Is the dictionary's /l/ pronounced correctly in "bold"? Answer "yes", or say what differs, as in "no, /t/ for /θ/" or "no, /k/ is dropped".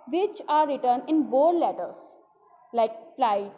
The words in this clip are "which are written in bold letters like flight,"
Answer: no, /l/ is dropped